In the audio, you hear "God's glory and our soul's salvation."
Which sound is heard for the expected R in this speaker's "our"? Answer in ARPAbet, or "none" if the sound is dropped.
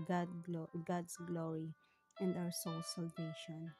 W